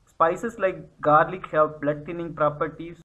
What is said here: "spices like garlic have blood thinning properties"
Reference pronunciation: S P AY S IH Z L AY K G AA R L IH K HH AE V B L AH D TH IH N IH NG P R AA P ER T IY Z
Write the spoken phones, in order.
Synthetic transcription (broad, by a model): S P AY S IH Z L AY K G AA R L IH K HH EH P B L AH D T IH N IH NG P R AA P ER T IY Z